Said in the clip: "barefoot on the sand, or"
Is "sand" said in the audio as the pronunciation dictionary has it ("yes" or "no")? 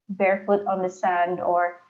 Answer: yes